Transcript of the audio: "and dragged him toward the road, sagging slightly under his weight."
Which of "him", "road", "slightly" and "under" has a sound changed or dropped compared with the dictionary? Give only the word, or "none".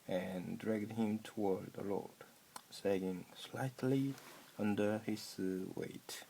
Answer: road